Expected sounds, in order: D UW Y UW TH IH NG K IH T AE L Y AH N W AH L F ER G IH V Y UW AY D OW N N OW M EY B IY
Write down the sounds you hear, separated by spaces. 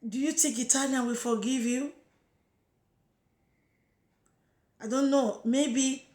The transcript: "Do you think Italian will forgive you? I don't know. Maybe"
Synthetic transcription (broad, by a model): D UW Y UW T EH K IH T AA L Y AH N W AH F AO G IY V Y UW AY D OW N N OW M EY B IY